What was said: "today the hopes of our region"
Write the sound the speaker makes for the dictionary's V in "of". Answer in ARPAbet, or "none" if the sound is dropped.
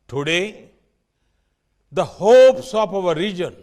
P